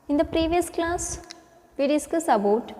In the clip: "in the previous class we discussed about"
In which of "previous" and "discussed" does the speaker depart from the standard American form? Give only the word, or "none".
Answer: discussed